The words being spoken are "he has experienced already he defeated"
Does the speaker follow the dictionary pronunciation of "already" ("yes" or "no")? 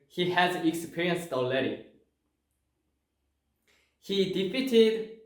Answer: no